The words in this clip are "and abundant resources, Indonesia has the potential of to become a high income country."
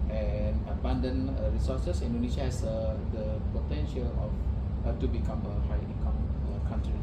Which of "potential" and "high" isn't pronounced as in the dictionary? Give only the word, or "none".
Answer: none